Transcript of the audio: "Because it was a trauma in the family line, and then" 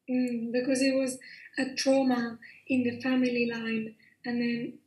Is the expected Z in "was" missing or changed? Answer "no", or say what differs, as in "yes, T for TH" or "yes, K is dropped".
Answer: no